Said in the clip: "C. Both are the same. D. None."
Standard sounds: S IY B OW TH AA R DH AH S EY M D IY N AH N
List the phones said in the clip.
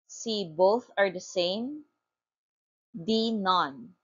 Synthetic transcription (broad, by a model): S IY B OW TH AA R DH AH S EY M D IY N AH N